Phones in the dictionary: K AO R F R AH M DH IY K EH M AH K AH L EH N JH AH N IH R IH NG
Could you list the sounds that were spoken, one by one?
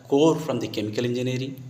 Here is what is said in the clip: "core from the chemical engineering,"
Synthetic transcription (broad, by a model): K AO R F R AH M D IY K EH M AH K AH L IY N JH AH N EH R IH